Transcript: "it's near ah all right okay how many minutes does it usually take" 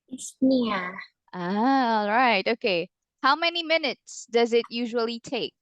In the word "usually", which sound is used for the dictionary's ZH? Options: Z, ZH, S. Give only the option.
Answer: ZH